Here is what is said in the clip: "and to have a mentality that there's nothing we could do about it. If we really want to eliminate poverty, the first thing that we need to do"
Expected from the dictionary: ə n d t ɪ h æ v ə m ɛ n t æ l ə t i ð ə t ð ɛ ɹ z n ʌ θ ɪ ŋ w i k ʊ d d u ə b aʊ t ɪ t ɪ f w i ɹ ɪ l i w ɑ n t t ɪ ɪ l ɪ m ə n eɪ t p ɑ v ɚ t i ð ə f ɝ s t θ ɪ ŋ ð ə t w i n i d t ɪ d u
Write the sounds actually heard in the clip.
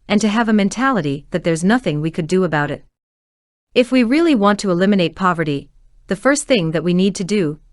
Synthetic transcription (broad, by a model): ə n t ɪ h v ə m ɛ n t æ l ə t i ð ə t ð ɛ ɹ z n ʌ θ ɪ ŋ w i k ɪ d d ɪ ə b aʊ t ɪ t ɪ f w i ɹ ɪ l i w ɑ n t t ɪ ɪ l ɪ m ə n eɪ t p ɑ v ɚ t i ð ə f ɝ s t θ ɪ ŋ ð ə t w i n i d t ɪ d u